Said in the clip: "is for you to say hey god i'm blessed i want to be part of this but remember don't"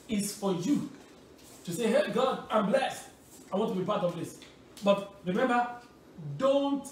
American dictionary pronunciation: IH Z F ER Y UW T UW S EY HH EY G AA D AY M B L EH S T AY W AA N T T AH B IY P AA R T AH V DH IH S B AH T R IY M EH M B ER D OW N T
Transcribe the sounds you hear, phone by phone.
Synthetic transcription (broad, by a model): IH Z F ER Y UW T UW S EY HH EY G AA D AY M B L EH S T AY W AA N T T AH B IY P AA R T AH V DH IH S B AH T R IY M EH M B ER D OW N T